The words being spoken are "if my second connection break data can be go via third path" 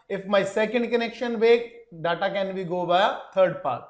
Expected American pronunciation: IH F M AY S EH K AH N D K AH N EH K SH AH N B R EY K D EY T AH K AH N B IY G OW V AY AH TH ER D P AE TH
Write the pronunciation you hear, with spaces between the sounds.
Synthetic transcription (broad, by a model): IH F M AY S EH K AH N D K AH N EH K SH AH N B EY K D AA T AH K AH N B IY G OW B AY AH T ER D P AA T